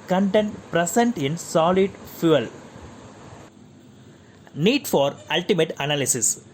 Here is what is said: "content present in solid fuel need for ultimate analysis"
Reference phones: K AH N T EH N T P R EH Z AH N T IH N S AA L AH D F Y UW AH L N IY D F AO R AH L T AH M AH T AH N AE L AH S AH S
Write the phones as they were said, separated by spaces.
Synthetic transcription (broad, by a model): K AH N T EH N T P R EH S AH N T IH N S AA L AH D F Y UW AH L N IY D F AO R AH L T AH M AH T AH N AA L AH S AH S